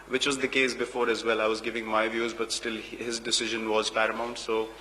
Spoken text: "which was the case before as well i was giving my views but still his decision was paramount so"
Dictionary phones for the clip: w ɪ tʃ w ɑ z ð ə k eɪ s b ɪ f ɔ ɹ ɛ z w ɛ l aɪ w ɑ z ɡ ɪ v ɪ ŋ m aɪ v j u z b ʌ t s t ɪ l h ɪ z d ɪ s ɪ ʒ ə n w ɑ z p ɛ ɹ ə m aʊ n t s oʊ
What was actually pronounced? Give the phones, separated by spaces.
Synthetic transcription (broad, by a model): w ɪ tʃ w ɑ z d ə k eɪ s b ɪ f ɔ ɹ ɛ z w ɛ l aɪ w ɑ z ɡ ɪ v ɪ ŋ m aɪ v j u z b ʌ t s t ɪ l h ɪ z d ɪ s ɪ ʒ ə n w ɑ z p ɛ ɹ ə m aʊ n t s oʊ